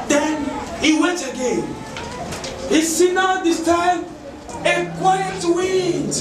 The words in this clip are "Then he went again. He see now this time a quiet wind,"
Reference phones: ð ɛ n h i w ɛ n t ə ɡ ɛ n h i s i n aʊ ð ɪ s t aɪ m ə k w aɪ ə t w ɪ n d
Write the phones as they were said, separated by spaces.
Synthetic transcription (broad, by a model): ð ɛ n h i w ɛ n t ə ɡ ɛ n h i s i n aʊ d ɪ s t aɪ ə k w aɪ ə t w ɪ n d